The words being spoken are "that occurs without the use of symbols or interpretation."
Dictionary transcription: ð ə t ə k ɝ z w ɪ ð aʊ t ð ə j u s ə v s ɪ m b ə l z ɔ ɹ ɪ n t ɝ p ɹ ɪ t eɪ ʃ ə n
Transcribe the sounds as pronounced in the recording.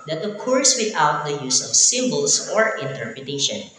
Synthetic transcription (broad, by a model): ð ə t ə k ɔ s w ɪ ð aʊ t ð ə j u s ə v s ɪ m b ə l s ɔ ɹ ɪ n t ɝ p ɹ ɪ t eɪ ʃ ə n